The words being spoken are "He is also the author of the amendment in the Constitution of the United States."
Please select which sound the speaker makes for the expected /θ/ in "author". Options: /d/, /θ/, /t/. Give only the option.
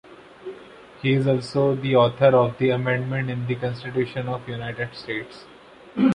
/t/